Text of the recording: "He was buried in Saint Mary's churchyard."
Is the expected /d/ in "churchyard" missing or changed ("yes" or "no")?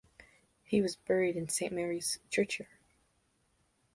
yes